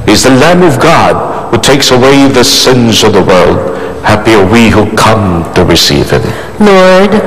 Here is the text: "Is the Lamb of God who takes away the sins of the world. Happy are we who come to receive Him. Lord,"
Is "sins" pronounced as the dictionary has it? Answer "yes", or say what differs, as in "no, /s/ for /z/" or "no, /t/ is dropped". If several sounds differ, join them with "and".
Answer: yes